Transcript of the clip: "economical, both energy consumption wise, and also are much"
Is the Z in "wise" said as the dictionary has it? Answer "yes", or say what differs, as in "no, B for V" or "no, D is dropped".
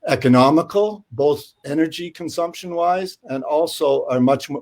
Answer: yes